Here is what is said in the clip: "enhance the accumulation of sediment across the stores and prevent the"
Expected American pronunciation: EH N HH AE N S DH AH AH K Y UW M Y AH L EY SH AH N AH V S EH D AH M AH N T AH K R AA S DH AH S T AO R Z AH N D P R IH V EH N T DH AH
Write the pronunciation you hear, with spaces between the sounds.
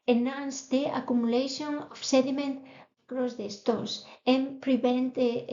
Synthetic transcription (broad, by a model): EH N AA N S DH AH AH K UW M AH L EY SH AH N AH F S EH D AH M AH N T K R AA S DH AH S T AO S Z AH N P R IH B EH N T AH